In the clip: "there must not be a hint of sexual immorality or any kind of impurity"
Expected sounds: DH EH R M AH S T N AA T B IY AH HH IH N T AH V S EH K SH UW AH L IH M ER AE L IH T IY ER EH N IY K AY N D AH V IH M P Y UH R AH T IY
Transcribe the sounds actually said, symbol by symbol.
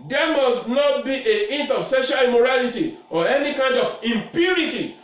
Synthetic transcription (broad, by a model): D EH M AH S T N AA T B IY AH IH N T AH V S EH SH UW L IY M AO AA L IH T IY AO EH N IY K AY N D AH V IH M P Y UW R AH T IY